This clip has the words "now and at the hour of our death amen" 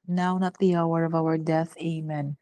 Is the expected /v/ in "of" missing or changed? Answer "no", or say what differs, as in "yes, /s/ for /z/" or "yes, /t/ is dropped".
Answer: no